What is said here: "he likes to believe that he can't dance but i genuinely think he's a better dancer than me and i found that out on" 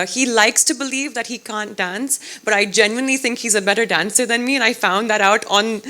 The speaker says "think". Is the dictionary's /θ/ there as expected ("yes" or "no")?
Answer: yes